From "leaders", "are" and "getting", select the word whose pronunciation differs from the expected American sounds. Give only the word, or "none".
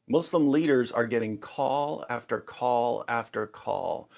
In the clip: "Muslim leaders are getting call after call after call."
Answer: none